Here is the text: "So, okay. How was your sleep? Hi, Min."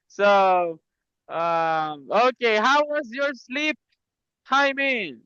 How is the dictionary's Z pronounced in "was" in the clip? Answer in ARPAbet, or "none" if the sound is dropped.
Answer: Z